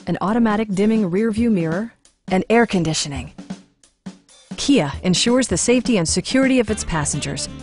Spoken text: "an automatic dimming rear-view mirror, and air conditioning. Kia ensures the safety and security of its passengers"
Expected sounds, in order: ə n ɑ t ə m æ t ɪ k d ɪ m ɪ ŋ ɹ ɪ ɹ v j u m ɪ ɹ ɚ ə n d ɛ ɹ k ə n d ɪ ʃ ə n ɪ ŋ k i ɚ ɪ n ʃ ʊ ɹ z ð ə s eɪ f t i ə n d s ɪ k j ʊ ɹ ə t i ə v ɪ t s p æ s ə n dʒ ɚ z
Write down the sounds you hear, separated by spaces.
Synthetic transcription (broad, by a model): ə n ɑ t ə m æ t ɪ k d ɪ m ɪ ŋ ɹ ɪ ɹ v j u m ɪ ɹ ɚ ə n ɛ ɹ k ə n d ɪ ʃ ə n ɪ ŋ k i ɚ ɪ n ʃ ʊ ɹ z ð ə s eɪ f t i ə n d s ɪ k j ʊ ɹ ə t i ə v ɪ t s p æ s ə n dʒ ɚ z